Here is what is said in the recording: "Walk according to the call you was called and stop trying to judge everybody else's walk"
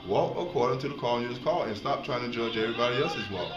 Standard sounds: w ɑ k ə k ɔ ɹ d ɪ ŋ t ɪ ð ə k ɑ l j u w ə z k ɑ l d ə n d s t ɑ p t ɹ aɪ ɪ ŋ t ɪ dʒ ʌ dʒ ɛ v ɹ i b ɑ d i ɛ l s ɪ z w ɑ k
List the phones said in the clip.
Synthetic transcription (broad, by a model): w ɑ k ə k ɔ ɹ d ɪ ŋ t ɪ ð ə k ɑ n j u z k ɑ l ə n s t ɑ p t ɹ aɪ ɪ ŋ t ɪ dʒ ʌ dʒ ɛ ɹ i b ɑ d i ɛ s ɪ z w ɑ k